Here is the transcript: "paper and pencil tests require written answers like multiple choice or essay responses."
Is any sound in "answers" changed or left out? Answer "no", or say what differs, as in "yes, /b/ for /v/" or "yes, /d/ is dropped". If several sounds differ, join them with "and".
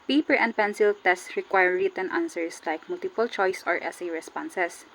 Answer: yes, /s/ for /z/